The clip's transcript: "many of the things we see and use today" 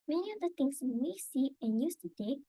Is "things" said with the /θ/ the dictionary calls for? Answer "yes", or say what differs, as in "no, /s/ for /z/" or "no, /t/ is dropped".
no, /t/ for /θ/